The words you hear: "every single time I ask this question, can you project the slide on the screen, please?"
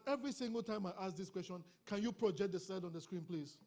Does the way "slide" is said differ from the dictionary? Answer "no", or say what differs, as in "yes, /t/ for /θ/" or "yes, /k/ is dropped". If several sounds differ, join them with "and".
yes, /l/ is dropped